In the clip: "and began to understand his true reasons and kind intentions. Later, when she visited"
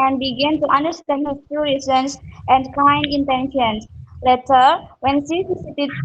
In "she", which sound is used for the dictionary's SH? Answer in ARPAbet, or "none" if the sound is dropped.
S